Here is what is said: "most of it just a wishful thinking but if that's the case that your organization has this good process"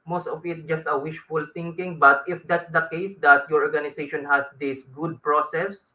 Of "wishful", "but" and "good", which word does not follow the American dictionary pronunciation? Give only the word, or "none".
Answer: none